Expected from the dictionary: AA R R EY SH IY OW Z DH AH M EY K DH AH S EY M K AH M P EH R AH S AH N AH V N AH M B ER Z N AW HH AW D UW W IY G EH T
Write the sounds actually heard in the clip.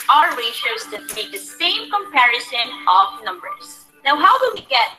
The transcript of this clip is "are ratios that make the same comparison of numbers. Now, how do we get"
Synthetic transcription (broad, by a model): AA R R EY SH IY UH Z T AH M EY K DH AH S EY M K AH M P EH R AH S AH N AH V N AH M B ER Z N AW HH AW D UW W IY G EH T